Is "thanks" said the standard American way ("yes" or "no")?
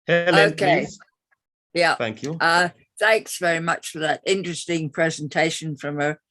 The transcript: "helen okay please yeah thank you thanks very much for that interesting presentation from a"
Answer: yes